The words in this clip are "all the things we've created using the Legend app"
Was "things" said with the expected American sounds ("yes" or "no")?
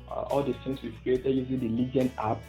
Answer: no